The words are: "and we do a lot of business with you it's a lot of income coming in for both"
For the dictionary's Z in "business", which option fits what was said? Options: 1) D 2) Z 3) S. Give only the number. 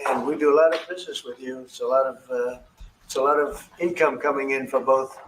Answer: 2